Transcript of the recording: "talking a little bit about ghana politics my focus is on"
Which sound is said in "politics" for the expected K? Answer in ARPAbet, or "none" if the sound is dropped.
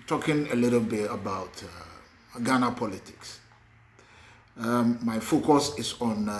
K